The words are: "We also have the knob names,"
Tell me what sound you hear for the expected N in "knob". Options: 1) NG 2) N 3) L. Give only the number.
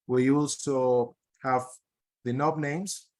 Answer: 2